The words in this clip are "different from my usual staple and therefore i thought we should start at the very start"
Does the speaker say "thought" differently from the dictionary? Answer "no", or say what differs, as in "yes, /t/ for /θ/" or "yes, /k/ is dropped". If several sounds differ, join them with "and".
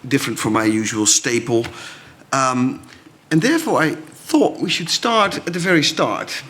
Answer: no